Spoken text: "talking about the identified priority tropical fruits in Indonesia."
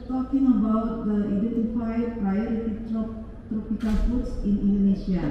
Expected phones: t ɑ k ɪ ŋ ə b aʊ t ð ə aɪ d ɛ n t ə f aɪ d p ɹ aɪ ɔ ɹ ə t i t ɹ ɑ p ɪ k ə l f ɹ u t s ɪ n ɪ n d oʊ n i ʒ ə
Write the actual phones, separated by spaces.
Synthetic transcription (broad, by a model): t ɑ k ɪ ŋ ə b aʊ t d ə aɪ d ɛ n t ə f aɪ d p ɹ aɪ ɔ ɹ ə t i t ɹ ɑ p ɪ k ə l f u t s ɪ n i n d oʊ n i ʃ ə